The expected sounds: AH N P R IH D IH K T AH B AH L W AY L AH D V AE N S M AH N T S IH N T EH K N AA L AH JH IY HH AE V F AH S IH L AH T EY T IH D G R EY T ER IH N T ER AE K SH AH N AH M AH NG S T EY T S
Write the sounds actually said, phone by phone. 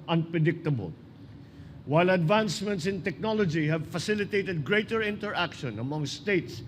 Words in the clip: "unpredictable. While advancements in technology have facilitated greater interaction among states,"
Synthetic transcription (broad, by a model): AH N P R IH D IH K T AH B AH L W AY L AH D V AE N S M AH N T S IH N T EH K N AA L AH JH IY HH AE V F AH S IH L AH T EY T IH D G R EY T ER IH N T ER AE K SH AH N AH M AH NG S T EY T S